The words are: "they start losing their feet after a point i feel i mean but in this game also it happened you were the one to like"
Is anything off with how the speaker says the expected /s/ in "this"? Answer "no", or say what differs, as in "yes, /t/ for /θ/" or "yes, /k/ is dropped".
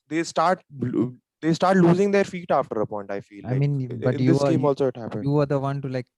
yes, /s/ is dropped